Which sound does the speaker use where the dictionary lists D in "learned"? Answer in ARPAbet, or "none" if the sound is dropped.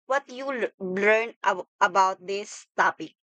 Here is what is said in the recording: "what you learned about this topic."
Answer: none